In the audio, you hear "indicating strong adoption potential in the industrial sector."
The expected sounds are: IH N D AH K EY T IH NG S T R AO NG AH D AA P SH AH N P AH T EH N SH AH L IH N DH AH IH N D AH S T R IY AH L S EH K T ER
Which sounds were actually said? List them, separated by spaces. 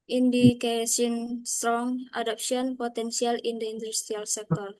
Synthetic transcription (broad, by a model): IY N D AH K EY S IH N S T R AO NG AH D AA P S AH N P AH T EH N S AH L IH N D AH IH N D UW S T R IY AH L S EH K T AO